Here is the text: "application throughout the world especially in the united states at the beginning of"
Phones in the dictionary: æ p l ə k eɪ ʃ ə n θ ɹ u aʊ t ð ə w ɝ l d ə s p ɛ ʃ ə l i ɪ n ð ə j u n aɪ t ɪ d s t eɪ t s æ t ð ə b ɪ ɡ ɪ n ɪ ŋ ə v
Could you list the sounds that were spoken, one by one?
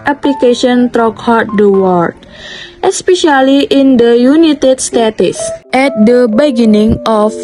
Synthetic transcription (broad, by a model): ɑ p l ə k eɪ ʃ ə n t ɹ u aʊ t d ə w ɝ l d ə s p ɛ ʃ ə l i ɪ n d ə j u n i t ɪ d s t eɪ t s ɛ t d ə b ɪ ɡ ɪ n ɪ ŋ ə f